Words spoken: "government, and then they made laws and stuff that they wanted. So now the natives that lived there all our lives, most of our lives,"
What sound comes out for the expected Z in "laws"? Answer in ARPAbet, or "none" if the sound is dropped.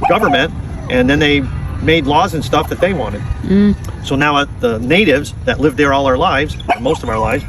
Z